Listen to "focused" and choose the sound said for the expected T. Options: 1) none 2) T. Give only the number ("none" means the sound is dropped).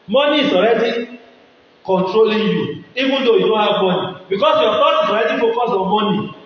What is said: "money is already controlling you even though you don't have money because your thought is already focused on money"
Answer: 1